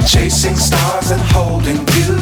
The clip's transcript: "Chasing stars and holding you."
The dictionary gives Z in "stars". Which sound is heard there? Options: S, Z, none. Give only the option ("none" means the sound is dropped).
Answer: Z